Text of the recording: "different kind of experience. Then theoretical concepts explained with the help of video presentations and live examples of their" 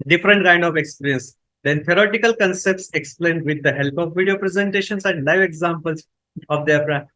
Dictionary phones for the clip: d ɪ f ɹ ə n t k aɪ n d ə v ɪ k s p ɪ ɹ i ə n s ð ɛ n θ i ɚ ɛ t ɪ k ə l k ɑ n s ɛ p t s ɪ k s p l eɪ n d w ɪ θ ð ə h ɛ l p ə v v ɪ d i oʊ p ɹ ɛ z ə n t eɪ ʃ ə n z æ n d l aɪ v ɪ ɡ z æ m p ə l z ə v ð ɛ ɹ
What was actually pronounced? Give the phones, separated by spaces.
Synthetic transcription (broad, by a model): d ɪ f ɹ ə n t k aɪ n d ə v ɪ k s p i ɹ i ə n s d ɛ n t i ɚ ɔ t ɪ k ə l k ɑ n s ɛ p t s ɪ k s p l eɪ n d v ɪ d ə h ɛ l p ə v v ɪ d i oʊ p ɹ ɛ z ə n t eɪ ʃ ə n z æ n d l aɪ v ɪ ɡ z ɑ m p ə l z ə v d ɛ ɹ